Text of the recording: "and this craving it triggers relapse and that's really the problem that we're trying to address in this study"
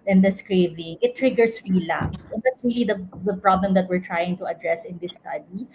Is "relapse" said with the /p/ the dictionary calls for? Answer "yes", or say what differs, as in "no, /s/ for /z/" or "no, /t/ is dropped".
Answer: no, /p/ is dropped